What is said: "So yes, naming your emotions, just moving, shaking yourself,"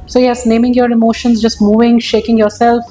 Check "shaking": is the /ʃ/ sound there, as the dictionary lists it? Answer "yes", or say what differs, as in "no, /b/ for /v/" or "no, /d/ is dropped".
yes